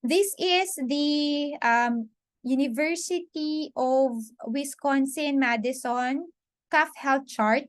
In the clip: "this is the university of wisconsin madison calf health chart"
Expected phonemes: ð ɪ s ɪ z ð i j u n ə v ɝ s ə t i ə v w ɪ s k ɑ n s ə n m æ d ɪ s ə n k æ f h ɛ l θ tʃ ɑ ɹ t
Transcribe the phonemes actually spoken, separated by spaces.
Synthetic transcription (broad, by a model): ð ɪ s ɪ s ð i j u n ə v ɝ s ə t i ə v w ɪ s k ɑ n s ə n m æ d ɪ s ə n k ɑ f h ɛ l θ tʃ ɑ ɹ t